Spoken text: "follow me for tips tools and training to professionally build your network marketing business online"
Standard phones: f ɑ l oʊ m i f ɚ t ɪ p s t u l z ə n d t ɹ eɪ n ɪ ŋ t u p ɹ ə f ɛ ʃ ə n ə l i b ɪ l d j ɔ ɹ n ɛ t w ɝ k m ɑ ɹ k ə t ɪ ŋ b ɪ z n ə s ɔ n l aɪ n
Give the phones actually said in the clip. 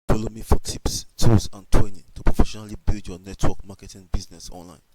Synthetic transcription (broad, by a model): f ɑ l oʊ m i f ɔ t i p s t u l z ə n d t w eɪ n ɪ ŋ t u p ɹ ə f ɛ ʃ ə n ə l i b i l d j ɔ n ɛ t w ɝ k m ɑ k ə t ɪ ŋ b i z n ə s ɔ n l aɪ n